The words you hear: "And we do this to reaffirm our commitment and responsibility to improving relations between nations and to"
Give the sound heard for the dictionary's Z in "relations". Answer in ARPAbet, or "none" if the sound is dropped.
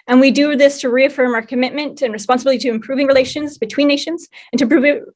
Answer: Z